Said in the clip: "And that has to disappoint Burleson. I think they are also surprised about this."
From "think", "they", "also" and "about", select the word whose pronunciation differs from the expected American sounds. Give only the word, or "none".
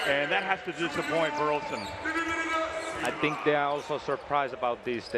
none